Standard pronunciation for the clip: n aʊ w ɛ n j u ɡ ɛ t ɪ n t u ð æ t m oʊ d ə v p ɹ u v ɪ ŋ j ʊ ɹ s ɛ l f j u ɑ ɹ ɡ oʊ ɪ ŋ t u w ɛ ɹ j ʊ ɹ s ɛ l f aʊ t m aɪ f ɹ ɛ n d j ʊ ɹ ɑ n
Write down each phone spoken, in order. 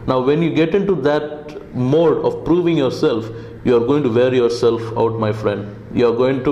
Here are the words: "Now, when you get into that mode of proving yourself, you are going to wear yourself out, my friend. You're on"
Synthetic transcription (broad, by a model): n aʊ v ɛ n j u ɡ ɛ t ɪ n t u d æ t m oʊ d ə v p ɹ u v ɪ ŋ j ʊ ɹ s ɛ l f j u ɑ ɹ ɡ oʊ ɪ ŋ t u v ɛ ɹ j ʊ ɹ s ɛ l f aʊ t m aɪ f ɹ ɛ n d j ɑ ɹ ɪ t